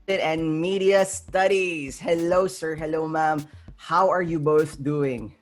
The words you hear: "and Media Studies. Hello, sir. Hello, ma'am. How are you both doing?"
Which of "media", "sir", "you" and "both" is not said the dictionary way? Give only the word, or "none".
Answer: none